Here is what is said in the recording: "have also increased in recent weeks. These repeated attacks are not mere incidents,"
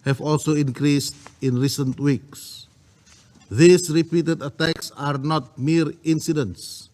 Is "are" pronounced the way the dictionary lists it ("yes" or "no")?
yes